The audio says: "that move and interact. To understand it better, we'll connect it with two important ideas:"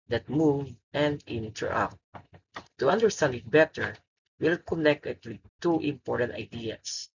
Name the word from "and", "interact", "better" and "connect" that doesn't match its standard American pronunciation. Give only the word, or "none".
interact